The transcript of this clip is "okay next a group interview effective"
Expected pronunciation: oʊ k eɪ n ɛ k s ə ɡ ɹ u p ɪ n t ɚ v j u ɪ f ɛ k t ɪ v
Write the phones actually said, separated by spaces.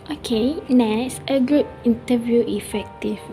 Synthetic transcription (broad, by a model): oʊ k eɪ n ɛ s ə ɡ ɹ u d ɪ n t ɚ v j u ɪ f ɛ k t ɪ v